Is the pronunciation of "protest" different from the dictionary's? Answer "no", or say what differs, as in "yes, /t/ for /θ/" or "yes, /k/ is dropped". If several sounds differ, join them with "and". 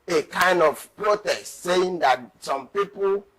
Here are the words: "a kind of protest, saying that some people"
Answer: no